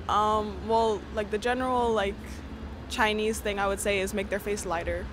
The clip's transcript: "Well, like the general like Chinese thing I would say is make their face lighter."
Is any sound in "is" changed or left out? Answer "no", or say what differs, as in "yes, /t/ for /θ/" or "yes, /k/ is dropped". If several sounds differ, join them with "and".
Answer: no